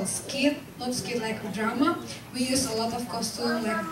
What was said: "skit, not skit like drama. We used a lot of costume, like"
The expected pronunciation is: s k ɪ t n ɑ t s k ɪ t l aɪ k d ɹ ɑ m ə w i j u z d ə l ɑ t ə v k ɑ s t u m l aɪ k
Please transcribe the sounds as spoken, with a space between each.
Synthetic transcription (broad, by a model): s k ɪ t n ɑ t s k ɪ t l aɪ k d ɹ ɑ m ə w i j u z ə l ɑ t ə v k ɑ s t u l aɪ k